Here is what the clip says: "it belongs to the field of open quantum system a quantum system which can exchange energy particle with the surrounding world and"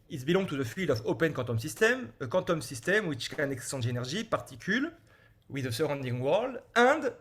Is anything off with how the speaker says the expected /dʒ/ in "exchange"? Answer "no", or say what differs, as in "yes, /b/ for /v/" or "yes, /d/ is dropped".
yes, /dʒ/ is dropped